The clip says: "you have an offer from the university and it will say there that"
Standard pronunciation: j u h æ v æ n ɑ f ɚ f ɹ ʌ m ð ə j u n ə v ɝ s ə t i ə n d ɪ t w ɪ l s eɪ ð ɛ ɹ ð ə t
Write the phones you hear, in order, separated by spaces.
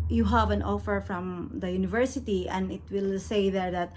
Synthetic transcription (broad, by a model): j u h æ v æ n ɑ f ɚ f ɹ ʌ m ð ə j u n ə v ɝ s ə t i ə n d ɪ t w ɪ l s eɪ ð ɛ ɹ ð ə t